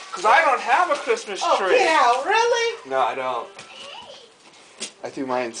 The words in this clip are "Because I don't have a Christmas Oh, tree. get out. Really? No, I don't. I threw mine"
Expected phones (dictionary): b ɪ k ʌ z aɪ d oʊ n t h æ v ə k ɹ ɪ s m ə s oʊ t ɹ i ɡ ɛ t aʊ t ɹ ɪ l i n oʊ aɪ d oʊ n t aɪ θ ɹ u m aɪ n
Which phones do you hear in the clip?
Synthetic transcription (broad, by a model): k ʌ z aɪ d oʊ n t h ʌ v ə k ɹ ɪ s m ə s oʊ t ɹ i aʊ ɹ ɪ l i n oʊ aɪ d oʊ n t aɪ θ u m aɪ n